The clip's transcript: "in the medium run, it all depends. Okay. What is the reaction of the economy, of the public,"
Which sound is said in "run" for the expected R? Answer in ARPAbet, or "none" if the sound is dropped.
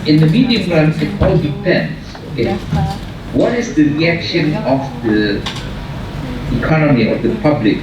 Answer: L